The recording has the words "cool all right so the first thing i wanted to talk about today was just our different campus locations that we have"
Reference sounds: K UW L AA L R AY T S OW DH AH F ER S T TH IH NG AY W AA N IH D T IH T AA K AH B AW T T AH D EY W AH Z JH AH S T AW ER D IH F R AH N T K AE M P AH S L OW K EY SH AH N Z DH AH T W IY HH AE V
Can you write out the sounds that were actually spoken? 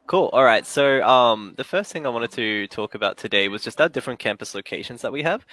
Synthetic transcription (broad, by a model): K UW L AA L R AY T S OW DH AH F ER S T TH IH NG AY W AA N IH D T IH T AA K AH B AW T T AH D EY W AH Z JH AH S T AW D IH F R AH N K AE M P AH S L OW K EY SH AH N Z DH AH T W IY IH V